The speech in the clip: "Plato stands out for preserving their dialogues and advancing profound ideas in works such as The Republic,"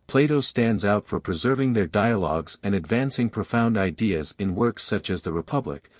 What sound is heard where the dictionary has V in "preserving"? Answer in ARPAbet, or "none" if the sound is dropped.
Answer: V